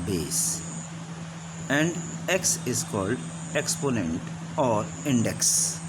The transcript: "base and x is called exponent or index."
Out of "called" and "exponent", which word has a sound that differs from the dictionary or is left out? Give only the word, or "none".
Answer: none